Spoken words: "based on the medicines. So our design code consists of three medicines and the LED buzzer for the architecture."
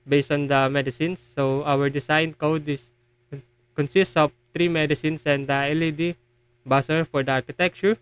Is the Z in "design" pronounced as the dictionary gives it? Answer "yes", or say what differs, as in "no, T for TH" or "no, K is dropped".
no, S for Z